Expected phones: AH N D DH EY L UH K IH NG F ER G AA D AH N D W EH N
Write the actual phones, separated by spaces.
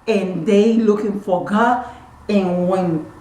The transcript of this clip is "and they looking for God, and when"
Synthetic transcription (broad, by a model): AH N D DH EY L UH K IH NG F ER G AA AH N W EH N